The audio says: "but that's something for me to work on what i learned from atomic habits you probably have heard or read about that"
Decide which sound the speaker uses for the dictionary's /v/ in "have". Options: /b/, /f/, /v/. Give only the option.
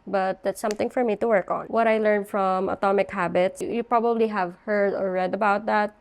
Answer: /v/